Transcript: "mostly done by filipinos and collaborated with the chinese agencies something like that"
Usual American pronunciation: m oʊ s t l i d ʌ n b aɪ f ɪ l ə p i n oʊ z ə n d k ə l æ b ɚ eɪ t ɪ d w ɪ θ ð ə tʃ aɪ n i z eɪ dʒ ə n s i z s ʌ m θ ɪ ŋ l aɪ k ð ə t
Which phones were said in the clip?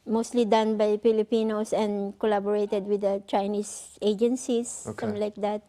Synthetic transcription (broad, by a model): m oʊ s t l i d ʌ n b aɪ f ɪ l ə p i n oʊ s ə n d k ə l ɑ b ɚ eɪ t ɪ d w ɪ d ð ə tʃ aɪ n i s eɪ dʒ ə n s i s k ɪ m l aɪ k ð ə t